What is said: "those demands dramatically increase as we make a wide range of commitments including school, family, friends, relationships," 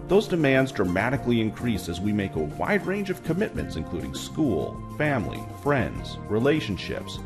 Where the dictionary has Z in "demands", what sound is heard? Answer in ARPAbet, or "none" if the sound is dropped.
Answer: Z